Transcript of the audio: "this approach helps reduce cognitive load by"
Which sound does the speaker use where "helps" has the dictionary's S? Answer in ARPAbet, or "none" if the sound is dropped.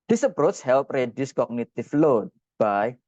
none